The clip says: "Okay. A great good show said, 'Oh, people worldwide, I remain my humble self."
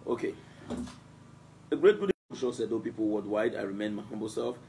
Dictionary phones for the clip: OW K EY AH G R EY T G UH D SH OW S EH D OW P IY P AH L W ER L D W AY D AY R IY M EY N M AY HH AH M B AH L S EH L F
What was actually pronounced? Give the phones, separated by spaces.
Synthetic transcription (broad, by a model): OW K EY AH G R EY T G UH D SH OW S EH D OW P IY P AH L W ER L D W AY D AY R IY M EY N M AY HH AH M B AH L S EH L F